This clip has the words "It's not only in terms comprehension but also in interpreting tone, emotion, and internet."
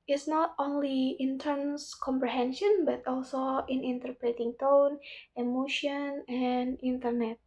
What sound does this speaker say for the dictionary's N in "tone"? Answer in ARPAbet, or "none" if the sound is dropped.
N